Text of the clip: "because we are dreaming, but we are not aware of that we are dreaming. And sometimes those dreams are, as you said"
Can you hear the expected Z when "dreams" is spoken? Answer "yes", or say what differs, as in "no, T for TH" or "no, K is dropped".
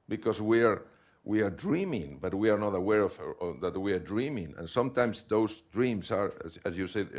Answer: no, S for Z